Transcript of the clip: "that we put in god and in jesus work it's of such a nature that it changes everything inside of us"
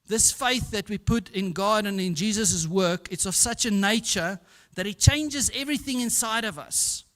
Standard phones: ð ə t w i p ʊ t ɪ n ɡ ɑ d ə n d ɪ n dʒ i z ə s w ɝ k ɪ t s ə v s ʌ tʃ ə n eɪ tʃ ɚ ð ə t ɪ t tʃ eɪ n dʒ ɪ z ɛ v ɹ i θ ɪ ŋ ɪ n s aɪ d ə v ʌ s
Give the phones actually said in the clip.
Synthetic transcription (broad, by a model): ð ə t w i p ʊ t ɪ n ɡ ɑ d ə n ɪ n dʒ i z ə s w ɝ k ɪ t s ə v s ʌ tʃ ə n eɪ tʃ ɚ ð ə t ɪ t tʃ eɪ n dʒ ɪ z ɛ v ɹ i θ ɪ ŋ ɪ n s aɪ d ə v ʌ s